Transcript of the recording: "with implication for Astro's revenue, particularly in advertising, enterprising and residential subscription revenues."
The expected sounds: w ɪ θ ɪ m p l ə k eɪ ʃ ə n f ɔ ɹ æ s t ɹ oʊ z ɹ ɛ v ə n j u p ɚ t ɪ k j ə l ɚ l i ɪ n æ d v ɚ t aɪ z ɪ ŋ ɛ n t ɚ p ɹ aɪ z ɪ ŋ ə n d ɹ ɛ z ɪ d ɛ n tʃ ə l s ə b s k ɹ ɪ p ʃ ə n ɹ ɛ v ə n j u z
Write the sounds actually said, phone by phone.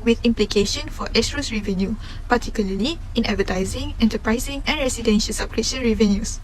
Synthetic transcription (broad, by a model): w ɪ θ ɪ m p l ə k eɪ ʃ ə n f ɔ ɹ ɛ s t ɹ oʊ s ɹ ɛ v ə n j u p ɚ t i k j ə l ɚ l i ɪ n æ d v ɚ t aɪ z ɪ ŋ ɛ n t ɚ p ɹ aɪ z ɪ ŋ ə n ɹ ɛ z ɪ d ɛ n ʃ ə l s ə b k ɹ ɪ ʃ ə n ɹ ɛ v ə n j u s